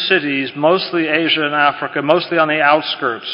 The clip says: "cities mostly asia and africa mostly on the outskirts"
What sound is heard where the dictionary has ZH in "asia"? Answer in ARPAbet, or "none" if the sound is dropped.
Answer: ZH